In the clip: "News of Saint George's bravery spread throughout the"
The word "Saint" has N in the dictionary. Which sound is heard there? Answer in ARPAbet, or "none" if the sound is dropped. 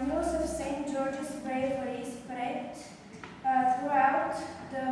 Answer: N